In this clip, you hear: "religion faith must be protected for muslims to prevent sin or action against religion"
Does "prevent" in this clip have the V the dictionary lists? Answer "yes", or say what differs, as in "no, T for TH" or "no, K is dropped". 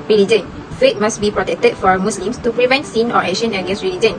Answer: yes